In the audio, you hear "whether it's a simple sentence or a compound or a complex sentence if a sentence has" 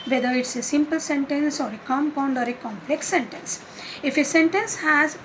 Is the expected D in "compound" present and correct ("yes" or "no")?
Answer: yes